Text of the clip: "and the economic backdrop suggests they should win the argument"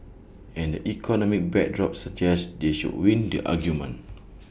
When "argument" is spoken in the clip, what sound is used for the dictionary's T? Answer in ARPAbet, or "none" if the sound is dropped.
none